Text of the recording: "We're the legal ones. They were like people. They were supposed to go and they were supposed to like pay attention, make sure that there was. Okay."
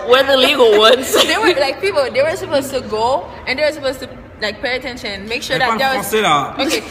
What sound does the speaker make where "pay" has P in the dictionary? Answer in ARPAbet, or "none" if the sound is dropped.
P